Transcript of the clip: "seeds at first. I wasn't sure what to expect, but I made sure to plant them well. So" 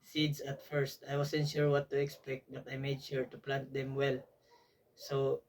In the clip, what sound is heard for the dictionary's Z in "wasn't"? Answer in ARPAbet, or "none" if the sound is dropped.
S